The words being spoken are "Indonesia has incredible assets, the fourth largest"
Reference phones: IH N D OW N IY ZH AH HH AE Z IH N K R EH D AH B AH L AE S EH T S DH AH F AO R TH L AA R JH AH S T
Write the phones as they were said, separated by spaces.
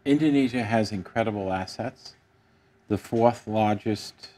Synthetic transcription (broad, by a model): IH N D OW N IY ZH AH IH Z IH N K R EH D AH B L AE S EH T S DH AH F AO R TH L AA R JH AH S T